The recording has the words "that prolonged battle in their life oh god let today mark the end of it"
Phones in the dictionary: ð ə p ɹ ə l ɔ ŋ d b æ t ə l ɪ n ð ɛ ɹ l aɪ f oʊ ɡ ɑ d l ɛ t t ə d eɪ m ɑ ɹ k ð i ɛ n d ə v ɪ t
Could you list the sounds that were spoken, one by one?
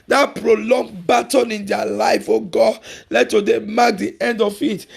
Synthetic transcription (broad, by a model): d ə p ɹ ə l ɔ ŋ b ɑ t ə n ɪ n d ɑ l aɪ f oʊ ɡ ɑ l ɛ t t ə d eɪ m ɑ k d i ɛ n d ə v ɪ t